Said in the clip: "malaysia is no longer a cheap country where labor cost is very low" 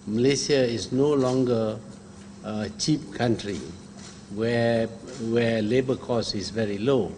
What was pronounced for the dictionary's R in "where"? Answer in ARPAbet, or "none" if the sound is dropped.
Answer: W